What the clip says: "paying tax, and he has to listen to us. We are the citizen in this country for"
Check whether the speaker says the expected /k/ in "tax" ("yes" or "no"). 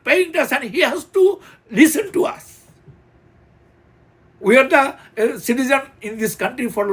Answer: no